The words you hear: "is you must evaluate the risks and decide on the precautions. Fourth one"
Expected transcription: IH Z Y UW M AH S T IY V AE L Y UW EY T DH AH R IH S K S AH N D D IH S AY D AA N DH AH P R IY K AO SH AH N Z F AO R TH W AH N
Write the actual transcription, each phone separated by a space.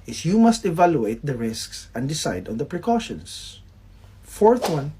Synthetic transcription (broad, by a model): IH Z Y UW M AH S T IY V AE L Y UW EY T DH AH R IH S K S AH N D D IH S AY D AA N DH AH P R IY K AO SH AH N S F AO R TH W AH N